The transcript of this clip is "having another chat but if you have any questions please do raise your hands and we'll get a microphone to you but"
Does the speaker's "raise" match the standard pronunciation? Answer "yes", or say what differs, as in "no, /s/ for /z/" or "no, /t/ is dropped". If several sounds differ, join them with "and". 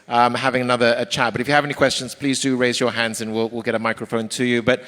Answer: yes